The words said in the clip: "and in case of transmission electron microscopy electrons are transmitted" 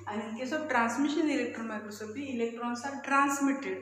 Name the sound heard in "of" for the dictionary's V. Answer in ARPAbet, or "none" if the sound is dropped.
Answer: B